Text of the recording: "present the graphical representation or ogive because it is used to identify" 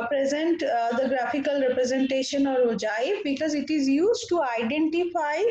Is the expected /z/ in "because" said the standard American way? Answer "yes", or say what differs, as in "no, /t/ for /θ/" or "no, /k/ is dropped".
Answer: yes